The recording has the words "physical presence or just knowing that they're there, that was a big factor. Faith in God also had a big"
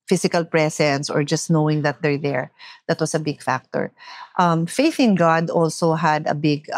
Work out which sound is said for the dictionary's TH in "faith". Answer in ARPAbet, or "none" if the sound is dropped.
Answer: TH